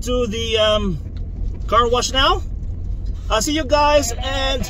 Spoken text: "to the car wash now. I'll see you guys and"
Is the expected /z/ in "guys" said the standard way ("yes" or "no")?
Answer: yes